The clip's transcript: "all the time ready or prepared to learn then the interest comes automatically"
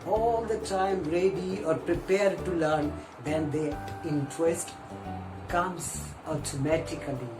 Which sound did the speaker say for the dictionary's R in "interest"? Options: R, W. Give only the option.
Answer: W